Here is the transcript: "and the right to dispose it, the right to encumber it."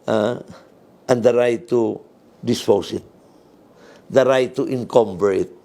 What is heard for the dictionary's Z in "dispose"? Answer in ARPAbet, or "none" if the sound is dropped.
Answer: S